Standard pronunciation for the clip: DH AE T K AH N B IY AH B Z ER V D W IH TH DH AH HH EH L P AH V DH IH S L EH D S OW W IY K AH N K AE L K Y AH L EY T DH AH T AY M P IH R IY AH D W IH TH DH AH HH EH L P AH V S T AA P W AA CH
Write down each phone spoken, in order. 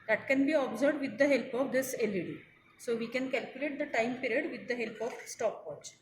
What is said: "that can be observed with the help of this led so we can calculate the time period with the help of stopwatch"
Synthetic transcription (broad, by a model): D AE T K AH N B IY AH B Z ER D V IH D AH HH EH L P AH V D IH S L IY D S OW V IY K AH N K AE L K Y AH L EY T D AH T AY M P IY R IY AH D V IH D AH HH EH L P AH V S T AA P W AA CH